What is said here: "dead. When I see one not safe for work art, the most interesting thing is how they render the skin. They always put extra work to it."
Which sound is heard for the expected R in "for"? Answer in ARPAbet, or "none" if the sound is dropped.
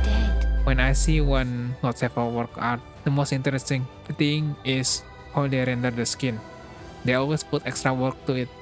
L